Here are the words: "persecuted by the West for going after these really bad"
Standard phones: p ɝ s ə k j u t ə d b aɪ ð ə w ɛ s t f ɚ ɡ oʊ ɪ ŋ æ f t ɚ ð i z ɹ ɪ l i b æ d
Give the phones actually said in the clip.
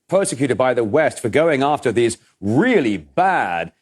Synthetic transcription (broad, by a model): p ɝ s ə k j u t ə d b aɪ ð ə w ɛ s t f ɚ ɡ oʊ ɪ ŋ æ f t ɚ ð i z ɹ ɪ l i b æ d